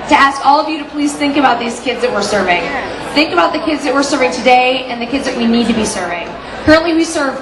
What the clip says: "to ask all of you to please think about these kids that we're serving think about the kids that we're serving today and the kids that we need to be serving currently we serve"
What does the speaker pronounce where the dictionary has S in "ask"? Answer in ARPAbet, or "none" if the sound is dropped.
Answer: S